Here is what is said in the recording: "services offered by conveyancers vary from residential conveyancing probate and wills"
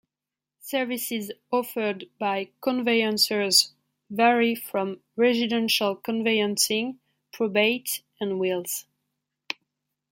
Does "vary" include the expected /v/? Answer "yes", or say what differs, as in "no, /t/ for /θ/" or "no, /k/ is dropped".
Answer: yes